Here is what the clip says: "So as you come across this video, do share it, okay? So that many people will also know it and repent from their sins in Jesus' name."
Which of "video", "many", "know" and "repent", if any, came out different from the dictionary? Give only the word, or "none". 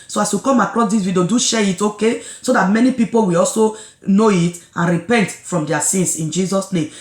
video